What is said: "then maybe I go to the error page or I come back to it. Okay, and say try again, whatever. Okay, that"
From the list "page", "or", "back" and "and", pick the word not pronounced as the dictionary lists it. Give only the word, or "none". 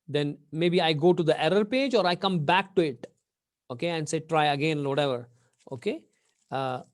none